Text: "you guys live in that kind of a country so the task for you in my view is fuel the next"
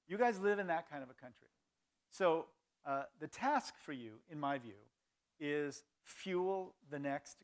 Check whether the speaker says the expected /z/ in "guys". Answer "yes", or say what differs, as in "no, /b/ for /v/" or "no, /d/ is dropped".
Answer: yes